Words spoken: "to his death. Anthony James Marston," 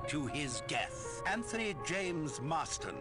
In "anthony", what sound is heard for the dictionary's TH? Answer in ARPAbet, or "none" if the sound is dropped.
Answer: TH